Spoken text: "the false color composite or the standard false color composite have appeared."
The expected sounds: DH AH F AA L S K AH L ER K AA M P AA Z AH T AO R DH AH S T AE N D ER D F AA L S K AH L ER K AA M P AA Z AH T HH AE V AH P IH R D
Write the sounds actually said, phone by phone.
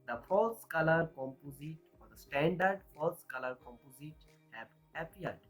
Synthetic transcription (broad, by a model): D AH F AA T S K AH L ER K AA M P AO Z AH T AO R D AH S T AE N D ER D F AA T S K AH L ER K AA M P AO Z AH T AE P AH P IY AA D